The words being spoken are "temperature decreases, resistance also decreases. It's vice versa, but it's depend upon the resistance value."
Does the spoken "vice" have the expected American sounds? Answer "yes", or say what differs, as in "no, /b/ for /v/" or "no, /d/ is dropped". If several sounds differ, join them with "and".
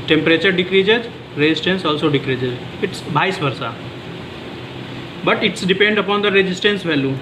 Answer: no, /b/ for /v/